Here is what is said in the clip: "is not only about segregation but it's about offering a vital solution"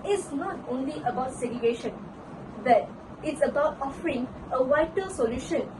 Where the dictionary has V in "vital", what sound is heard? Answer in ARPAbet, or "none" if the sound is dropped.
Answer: W